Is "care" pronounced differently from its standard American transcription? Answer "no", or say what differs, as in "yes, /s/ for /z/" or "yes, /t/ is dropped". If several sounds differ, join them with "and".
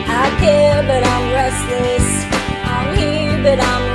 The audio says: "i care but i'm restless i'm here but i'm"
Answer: yes, /l/ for /ɹ/